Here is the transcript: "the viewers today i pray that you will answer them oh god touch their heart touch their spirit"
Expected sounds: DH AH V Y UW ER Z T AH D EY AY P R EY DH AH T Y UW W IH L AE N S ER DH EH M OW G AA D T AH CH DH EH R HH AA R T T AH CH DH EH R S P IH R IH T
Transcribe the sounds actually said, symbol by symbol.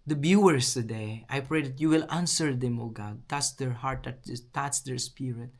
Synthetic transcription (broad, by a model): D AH B Y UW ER S T AH D EY AY P R EY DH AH T Y UW W IH L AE N S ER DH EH M OW G AA D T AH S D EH R HH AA R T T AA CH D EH R S P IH R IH T